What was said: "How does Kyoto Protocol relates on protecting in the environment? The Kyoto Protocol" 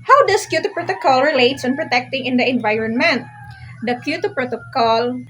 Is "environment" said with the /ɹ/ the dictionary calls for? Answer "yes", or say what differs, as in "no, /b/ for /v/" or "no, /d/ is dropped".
yes